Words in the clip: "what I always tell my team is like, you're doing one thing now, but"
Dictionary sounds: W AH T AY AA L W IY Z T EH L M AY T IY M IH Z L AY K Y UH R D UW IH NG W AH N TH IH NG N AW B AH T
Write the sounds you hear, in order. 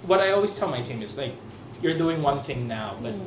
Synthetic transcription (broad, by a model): W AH T AY AA L W IY Z T EH L M AY T IY M IH Z L AY K Y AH R D UW IH NG W AH N TH IH NG N AW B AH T